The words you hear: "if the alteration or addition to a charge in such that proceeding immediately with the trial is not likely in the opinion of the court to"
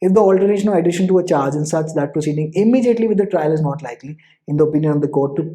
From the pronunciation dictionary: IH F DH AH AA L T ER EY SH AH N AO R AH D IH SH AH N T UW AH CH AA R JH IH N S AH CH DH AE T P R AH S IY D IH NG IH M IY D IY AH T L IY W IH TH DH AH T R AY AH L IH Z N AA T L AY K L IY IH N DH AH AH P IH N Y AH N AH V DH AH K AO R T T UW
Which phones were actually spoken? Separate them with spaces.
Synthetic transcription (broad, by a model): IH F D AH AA L T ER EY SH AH N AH L AH D IH SH AH N T UW AH CH AA R JH IH N S AH CH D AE T P R AH S IY D IH NG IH M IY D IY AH T L IY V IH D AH T R AY AH L IH Z N AA T L AY K L IY IH N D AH AH P IH N Y AH N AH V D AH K AO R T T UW